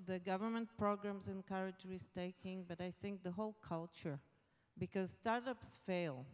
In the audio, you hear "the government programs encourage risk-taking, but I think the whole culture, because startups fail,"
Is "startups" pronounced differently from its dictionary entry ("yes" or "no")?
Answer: no